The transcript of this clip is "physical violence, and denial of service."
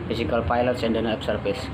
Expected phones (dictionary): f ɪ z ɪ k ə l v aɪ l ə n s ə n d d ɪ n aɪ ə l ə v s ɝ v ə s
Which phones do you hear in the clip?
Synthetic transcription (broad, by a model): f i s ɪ k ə l p aɪ l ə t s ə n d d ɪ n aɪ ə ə p s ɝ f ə s